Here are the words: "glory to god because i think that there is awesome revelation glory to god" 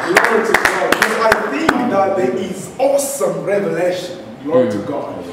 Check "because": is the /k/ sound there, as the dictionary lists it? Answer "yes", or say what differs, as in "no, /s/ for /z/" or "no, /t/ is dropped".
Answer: no, /k/ is dropped